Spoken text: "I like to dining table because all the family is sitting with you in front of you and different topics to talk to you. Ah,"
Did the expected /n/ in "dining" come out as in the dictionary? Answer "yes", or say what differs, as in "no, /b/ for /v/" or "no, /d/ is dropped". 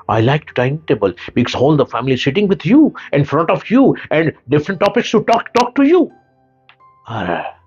no, /n/ is dropped